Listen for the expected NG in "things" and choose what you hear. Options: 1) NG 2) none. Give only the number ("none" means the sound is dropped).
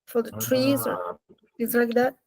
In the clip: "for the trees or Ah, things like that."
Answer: 2